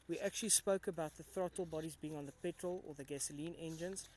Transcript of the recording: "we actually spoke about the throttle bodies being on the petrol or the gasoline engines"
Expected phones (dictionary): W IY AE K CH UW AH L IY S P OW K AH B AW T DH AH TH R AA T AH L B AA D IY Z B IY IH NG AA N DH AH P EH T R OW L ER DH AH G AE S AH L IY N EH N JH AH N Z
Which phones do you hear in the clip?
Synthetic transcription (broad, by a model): W IY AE K CH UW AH L IY S P OW K AH B AW T DH AH TH R AA T AH L B AA D IY Z B IY IH NG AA N DH AH P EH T R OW L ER DH AH G AE S AH L IY N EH N JH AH N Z